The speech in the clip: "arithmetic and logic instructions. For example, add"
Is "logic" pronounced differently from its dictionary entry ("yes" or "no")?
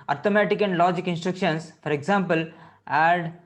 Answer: no